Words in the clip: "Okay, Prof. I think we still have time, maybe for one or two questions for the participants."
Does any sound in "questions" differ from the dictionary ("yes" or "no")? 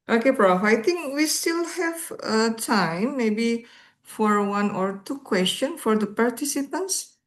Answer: yes